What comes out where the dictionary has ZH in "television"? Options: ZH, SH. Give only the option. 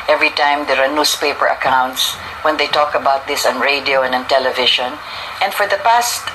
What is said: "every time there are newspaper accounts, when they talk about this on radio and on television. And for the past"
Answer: SH